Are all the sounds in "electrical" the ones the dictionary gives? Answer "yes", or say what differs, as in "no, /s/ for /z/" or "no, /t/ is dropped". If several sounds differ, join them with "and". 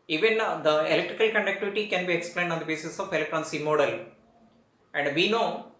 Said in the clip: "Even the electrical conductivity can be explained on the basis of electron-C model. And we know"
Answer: yes